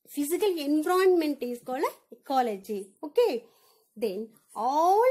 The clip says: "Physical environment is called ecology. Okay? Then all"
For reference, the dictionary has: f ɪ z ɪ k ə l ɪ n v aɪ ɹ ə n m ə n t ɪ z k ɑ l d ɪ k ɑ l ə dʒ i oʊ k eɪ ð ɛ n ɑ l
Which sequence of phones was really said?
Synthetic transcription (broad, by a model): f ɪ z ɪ k ə l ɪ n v ɹ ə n m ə n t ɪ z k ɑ l ɪ k ɑ l ə dʒ i oʊ k eɪ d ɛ n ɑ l